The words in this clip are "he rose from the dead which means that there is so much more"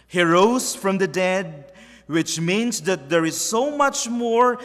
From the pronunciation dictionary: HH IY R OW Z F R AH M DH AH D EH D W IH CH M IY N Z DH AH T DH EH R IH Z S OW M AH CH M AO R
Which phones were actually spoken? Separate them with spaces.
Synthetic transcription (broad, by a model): HH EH R OW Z F R AH M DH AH D EH D W IH CH M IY N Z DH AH T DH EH R IH Z S OW M AH CH M AO R